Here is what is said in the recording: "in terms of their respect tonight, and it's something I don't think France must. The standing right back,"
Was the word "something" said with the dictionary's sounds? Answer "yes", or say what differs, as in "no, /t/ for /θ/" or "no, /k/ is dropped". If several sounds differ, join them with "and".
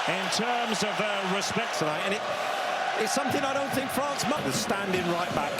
yes